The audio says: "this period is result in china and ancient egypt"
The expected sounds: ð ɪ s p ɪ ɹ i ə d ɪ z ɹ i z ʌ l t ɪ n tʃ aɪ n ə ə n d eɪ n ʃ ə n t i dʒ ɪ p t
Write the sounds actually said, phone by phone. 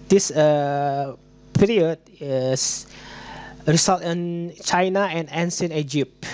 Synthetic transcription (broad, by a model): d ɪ s p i ɹ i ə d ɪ s ɹ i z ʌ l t ɪ n tʃ aɪ n ə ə n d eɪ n s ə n i dʒ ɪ p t